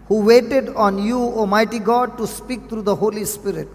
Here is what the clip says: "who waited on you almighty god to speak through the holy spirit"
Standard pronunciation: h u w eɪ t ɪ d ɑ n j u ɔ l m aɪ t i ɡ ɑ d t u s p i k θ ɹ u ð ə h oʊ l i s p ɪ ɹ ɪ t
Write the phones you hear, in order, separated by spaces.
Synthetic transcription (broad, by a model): h u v eɪ t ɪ d ɑ n j u ɔ m aɪ t i ɡ ɑ d t u s p i k t ɹ u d ə h oʊ l i s p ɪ ɹ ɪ t